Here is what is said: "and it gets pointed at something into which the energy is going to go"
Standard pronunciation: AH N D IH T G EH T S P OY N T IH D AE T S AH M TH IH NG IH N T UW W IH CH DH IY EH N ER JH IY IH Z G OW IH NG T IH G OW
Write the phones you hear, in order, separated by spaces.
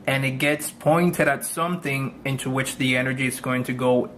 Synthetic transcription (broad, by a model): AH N IH T G EH T S P OY N T IH D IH T S AH M TH IH NG IH N T UW W IH CH DH IY EH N ER JH IY IH Z G OW IH NG T IH G OW